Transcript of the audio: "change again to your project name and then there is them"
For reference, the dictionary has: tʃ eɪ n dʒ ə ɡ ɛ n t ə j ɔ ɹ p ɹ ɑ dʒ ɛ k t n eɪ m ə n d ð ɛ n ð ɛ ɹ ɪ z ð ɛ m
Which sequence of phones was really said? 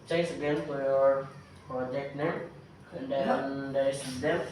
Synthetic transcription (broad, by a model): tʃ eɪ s ə ɡ ɛ n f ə j ɔ ɹ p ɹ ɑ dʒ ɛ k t n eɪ ə n d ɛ n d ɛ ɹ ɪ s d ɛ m